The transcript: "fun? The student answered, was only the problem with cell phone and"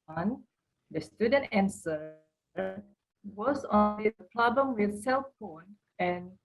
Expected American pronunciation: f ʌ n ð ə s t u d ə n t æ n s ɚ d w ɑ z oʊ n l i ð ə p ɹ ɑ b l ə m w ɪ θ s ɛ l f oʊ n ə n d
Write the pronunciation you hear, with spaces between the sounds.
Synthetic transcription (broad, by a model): n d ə s t u d ə n t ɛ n s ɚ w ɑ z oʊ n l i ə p l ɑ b ə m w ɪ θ s ɛ l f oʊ n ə n